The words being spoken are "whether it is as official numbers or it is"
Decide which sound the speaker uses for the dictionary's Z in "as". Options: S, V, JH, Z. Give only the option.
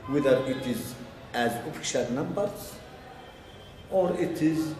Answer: Z